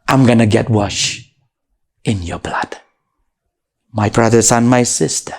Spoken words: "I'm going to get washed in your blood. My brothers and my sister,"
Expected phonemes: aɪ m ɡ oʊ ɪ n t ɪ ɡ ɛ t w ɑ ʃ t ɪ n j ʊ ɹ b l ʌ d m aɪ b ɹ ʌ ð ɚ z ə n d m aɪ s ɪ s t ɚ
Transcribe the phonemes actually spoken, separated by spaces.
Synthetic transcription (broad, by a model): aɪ m ɡ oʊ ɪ n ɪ ɡ ɛ t w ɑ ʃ ɪ n j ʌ ɹ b l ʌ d m aɪ b ɹ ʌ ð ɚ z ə n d m aɪ s ɪ s t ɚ